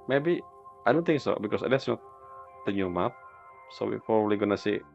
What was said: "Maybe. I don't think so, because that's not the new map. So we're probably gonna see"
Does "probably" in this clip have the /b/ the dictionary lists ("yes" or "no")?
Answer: no